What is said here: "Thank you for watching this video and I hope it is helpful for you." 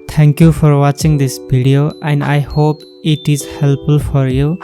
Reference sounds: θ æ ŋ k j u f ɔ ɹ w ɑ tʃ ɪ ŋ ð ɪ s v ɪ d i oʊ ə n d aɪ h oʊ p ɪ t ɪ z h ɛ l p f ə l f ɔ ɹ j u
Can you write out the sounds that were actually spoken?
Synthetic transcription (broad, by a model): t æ ŋ k j u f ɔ ɹ w ɑ tʃ ɪ ŋ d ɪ s b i d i oʊ ə n d aɪ h oʊ p ɪ t ɪ z h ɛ l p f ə l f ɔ ɹ j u